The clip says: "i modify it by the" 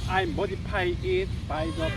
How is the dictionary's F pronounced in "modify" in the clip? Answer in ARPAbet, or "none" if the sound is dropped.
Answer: P